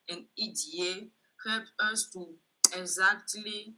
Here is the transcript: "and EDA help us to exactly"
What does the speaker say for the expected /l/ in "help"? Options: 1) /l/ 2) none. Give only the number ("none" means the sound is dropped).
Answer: 2